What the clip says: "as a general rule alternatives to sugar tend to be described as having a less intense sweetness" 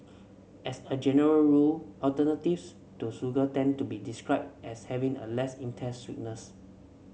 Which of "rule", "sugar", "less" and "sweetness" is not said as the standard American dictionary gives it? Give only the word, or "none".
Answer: sugar